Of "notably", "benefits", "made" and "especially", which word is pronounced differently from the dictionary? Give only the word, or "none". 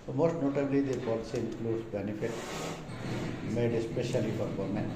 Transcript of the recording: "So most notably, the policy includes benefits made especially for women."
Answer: benefits